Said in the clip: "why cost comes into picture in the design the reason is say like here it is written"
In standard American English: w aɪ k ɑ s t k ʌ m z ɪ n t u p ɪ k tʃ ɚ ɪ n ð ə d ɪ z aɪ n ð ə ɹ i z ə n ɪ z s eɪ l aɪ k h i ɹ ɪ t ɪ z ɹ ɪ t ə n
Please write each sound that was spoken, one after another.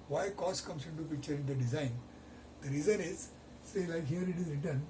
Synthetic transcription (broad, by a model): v aɪ k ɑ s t k ʌ m s ɪ n t u p ɪ k tʃ ɚ ɪ n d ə d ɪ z aɪ n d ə ɹ i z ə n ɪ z s eɪ l aɪ k h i ɹ ɪ t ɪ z ɹ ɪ t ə n